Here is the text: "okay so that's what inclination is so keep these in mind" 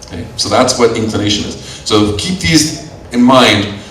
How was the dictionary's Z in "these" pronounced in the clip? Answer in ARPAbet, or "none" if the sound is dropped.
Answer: Z